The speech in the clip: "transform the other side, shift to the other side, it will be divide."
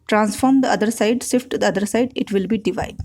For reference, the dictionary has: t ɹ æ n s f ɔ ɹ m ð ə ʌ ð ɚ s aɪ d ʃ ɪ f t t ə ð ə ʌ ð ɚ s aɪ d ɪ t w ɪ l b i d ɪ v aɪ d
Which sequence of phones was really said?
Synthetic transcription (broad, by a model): t ɹ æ n s f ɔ ɹ m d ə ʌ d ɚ s aɪ d s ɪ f t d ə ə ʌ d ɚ s aɪ d ɪ t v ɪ l b i d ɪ v aɪ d